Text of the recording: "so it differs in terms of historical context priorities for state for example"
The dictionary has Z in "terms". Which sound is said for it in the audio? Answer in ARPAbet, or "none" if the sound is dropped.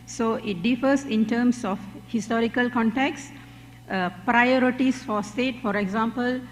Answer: S